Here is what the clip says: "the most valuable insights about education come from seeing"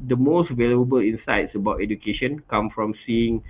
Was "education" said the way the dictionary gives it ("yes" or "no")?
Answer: yes